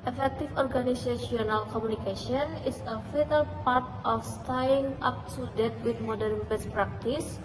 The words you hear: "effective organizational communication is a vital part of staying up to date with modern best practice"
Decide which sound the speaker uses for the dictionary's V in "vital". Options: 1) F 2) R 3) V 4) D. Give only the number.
1